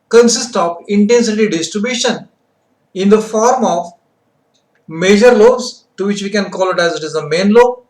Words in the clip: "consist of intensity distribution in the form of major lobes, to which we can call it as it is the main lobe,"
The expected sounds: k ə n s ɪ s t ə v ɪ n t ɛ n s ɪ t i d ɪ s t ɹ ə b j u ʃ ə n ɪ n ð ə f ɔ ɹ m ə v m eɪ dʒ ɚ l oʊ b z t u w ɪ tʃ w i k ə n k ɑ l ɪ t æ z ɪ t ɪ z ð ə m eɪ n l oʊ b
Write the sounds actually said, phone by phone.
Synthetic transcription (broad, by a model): k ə n s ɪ s t ə v ɪ n t ɛ n s ɪ t i d ɪ s t ɹ ə b j u ʃ ə n ɪ n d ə f ɔ ɹ m ə v m eɪ dʒ ɚ l oʊ z t u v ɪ tʃ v i k ə n k ɑ l ɪ t æ z ɪ t ɪ z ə m eɪ n l oʊ